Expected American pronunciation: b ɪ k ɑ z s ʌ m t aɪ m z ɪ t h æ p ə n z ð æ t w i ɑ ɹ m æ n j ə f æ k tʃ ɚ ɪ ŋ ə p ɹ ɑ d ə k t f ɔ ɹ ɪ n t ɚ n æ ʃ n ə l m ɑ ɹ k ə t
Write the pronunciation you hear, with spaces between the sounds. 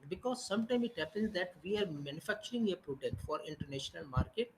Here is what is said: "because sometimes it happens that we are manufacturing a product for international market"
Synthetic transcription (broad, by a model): b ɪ k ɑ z s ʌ m t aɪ m ɪ t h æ p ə n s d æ t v i ɑ ɹ m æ n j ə f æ k tʃ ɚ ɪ ŋ ə p ɹ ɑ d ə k t f ɔ ɹ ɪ n t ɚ n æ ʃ n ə l m ɑ ɹ k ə t